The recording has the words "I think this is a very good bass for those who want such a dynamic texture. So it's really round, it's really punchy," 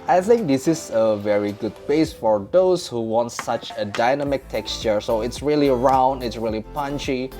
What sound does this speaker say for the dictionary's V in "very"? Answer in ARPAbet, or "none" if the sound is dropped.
V